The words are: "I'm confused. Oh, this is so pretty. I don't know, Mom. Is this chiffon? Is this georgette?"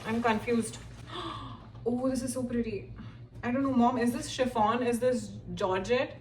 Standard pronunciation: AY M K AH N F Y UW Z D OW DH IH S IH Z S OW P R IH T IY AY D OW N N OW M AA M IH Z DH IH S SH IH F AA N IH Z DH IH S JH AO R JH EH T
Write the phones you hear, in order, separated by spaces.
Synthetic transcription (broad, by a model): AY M K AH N F Y UW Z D OW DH IH S IH Z S OW P R IH T IY AY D OW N N OW M AA M IH Z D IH S SH IH F AA N IH Z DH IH S JH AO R JH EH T